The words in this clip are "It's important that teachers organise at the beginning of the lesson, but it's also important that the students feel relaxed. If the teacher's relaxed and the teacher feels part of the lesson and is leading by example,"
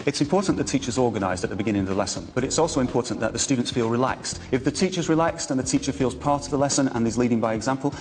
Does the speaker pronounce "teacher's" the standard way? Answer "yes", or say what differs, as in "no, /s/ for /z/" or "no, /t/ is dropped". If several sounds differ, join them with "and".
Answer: yes